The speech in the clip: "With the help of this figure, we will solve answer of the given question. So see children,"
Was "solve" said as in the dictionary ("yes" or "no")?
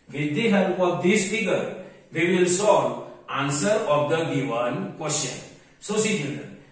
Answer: no